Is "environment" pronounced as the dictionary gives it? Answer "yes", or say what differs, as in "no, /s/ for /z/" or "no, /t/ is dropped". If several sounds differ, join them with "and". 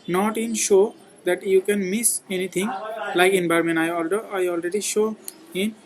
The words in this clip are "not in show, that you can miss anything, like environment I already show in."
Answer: no, /b/ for /v/